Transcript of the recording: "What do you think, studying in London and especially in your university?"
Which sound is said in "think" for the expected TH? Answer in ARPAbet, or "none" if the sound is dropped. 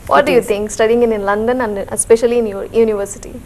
T